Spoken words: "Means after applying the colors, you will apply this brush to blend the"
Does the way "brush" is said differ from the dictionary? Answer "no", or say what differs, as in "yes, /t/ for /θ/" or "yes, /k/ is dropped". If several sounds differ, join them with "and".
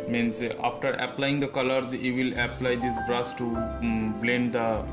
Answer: yes, /s/ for /ʃ/